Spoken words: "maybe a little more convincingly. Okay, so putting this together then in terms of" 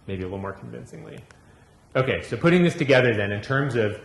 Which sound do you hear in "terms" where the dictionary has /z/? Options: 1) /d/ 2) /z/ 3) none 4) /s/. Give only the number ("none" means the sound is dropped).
2